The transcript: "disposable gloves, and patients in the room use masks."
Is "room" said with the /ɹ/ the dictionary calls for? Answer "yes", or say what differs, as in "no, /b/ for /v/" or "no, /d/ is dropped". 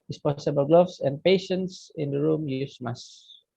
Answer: yes